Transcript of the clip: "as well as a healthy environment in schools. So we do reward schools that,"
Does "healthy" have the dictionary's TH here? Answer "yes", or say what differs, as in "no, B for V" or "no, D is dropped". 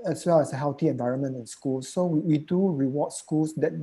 no, T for TH